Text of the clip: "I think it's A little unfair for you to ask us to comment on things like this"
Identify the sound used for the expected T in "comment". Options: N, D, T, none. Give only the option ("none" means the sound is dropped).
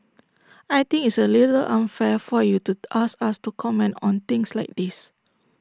T